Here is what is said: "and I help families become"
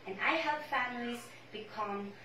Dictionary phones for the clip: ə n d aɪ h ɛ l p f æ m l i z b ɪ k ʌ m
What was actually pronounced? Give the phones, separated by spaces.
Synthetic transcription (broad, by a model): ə n aɪ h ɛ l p f æ m l i z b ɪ k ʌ m